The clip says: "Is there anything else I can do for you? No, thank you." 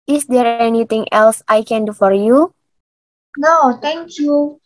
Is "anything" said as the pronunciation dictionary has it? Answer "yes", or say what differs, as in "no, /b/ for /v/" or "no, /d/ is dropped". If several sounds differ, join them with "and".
no, /t/ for /θ/